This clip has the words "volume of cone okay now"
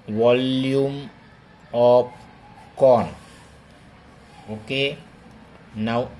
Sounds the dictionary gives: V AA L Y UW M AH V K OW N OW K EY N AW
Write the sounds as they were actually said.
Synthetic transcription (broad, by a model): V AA L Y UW M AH P K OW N OW K EY N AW